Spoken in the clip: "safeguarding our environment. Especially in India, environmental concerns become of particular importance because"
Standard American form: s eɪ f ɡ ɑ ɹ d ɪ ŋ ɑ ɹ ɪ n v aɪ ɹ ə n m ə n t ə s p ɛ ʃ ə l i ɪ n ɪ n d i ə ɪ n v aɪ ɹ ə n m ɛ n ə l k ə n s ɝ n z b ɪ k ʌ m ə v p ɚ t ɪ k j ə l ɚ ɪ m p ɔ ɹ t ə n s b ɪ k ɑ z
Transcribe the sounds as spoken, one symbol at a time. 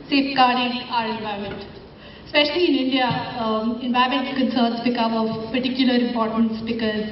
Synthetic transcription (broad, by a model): s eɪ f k ɑ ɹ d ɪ ɑ ɹ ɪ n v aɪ ə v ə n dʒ s p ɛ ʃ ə l i ɪ n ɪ n d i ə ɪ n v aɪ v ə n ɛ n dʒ k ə n s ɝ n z b ɪ k ʌ m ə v p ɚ t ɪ k j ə l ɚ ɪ m p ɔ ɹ t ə n s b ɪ k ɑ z